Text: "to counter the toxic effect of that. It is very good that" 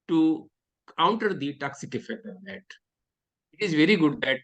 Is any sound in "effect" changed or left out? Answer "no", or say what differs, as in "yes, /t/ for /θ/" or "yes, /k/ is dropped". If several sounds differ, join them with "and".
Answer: yes, /k/ is dropped